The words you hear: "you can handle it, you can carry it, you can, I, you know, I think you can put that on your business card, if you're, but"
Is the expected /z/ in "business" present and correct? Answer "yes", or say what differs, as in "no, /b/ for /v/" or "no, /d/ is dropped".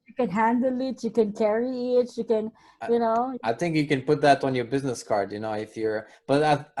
yes